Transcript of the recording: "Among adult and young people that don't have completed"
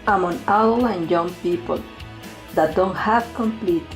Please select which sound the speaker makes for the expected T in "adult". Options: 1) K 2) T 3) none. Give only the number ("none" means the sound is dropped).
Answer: 3